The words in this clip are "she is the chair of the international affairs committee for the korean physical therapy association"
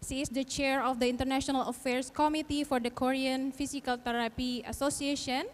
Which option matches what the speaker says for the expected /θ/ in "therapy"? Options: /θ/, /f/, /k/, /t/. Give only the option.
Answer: /t/